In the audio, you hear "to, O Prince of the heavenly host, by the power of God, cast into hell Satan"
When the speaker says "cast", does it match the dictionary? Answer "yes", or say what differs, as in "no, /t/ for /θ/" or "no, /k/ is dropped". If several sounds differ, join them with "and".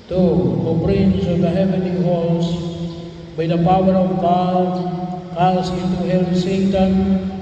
no, /t/ is dropped